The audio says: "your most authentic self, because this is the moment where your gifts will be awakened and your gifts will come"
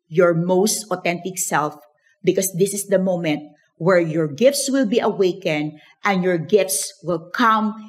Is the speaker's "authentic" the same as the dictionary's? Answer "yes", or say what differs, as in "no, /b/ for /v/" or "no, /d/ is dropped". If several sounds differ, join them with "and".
no, /t/ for /θ/